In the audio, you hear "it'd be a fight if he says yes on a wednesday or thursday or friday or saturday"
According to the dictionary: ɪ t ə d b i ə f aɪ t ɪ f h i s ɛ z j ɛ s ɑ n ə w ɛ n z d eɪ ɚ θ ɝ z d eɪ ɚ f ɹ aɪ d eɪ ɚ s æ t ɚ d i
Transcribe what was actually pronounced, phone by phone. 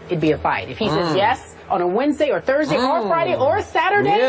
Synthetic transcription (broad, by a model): ɪ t b i ə f aɪ t ɪ f h i s ɛ z j ɛ s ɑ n ə w ɛ n z d eɪ ɚ θ ɝ z d eɪ ɚ f ɹ aɪ d eɪ ɚ s æ t ɚ d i